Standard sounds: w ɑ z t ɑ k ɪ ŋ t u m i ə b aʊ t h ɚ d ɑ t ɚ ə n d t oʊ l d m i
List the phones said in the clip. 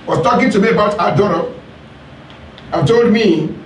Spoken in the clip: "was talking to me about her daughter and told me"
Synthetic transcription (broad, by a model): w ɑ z t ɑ k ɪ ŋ t u m i ə b aʊ t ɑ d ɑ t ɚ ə t oʊ l d m i